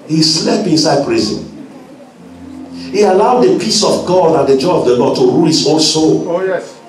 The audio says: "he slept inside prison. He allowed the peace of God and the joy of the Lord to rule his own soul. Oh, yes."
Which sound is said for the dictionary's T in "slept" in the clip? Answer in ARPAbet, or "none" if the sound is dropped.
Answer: none